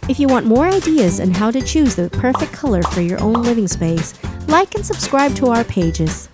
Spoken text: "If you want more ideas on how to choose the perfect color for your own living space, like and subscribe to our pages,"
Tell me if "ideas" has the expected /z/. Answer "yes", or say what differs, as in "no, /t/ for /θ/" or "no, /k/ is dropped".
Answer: yes